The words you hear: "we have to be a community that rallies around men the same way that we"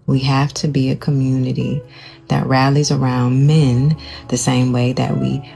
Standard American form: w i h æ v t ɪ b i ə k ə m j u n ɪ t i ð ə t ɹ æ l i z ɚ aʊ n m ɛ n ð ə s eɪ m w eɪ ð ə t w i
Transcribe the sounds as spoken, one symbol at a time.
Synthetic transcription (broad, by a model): w i h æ f t ɪ b i ə k ə m j u n ɪ t i ð ə t ɹ æ l i z ɚ aʊ n m ɛ n ð ə s eɪ m w eɪ ð ə t w i